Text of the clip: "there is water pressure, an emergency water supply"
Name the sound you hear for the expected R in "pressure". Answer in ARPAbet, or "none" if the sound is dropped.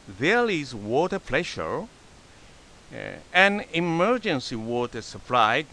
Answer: L